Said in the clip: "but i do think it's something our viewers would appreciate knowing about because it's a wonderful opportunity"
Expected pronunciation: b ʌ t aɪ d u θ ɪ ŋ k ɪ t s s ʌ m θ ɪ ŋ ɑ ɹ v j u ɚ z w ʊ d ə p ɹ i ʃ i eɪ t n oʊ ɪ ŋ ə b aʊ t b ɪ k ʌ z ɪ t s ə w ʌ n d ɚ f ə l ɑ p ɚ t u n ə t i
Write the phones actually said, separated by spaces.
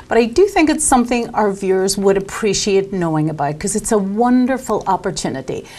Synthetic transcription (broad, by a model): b ʌ t aɪ d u θ ɪ ŋ k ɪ t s s ʌ m θ ɪ ŋ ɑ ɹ v j u ɚ z w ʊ d ə p ɹ i ʃ i eɪ t n oʊ ɪ ŋ ə b aʊ t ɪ k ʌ z ɪ t s ə w ʌ n d ɚ f l ɑ p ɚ t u n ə t i